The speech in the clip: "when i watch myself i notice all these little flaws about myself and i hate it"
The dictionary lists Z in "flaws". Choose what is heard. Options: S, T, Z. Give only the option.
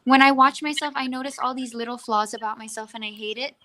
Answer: Z